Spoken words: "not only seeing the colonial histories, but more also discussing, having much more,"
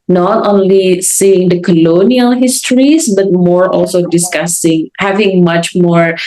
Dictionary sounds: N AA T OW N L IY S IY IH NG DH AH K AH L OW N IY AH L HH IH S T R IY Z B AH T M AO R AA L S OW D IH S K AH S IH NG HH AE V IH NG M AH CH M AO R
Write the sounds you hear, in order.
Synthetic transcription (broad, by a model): N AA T OW N L IY S IY IH NG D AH K AH L OW N IY AH L HH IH S T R IY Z B AH T M AO R AA L S OW D IH S K AH S IH NG HH AE V IH NG M AH CH M AO R